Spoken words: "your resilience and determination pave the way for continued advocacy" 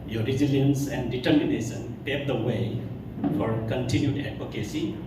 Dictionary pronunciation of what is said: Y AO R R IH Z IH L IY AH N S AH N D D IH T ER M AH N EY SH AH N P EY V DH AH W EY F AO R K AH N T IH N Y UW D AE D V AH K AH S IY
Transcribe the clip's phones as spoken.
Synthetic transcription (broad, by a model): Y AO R R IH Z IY L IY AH N S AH N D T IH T M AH N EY S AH N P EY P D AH W EY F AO R K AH N T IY N Y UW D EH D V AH K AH S IY